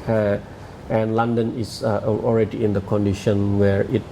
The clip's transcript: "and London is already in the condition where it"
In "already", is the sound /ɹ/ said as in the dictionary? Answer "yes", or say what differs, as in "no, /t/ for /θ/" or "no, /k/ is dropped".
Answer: yes